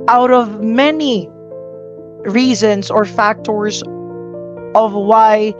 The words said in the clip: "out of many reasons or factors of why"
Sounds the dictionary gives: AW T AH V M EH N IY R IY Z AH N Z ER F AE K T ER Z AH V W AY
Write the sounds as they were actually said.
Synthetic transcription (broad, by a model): AW T AH V M EH N IY R IY Z AH N Z ER F AE K T ER Z AH V W AY